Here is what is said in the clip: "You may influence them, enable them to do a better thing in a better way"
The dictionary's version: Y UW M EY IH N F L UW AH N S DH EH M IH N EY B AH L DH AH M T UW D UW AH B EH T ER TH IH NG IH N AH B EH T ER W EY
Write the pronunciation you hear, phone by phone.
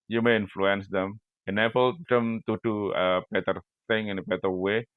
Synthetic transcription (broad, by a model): Y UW M EY IH N F L UW AH N S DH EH M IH N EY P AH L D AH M T UW D UW AH B EH T ER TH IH NG IH N AH B EH T ER W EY